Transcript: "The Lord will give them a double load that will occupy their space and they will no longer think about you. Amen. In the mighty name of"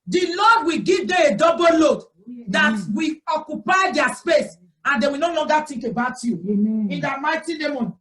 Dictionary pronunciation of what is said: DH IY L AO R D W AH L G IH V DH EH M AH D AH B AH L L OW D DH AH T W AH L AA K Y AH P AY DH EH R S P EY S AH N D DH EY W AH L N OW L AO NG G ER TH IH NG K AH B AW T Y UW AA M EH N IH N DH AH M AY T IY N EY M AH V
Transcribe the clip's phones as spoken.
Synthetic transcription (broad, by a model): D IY L AO D W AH G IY V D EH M AH D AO B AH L L OW D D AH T W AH AA K Y AH P AY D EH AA S P EY S AH N D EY W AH N OW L AO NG G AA T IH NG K AH B AW T Y UW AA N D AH M AY T IY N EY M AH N